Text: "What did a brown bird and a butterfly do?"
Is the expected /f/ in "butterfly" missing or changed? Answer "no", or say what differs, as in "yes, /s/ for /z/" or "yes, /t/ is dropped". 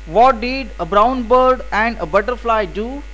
no